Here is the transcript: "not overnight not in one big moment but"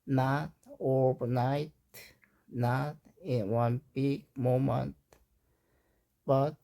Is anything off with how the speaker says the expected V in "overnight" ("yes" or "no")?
yes